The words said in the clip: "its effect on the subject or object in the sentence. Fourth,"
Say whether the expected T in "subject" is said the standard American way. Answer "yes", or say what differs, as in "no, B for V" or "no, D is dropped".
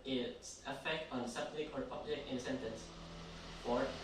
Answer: no, T is dropped